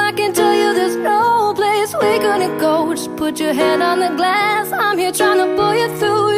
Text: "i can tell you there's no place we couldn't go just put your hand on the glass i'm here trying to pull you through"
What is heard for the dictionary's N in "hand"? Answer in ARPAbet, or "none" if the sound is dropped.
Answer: none